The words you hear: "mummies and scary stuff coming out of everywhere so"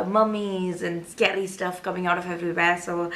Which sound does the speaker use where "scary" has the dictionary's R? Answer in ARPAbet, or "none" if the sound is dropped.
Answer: L